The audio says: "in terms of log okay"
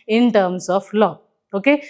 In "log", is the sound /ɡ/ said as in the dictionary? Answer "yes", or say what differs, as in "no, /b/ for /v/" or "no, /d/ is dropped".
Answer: no, /ɡ/ is dropped